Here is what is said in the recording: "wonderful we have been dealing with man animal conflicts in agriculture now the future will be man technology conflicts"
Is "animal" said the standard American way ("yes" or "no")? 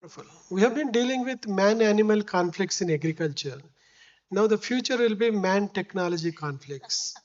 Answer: yes